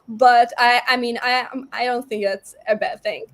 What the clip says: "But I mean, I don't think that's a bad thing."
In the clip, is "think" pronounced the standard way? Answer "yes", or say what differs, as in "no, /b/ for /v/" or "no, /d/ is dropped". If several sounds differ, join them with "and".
yes